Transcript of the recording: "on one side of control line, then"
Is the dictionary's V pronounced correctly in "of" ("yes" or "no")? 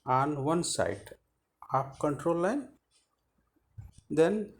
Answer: no